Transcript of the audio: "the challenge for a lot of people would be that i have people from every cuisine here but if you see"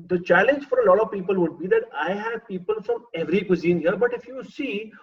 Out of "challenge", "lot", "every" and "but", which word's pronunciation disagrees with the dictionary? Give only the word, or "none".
none